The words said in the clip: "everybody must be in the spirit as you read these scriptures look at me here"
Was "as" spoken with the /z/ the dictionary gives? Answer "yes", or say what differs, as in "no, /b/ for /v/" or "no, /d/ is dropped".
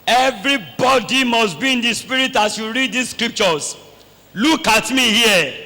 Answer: no, /s/ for /z/